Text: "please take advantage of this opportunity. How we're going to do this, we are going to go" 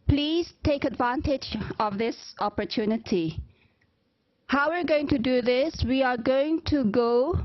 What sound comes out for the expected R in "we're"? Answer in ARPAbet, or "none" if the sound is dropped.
R